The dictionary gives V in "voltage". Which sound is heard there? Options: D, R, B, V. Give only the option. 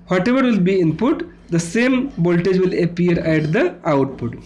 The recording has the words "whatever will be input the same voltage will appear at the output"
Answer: B